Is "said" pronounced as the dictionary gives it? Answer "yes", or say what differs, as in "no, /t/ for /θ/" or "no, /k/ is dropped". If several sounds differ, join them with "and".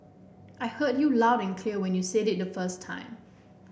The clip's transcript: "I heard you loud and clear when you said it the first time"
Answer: yes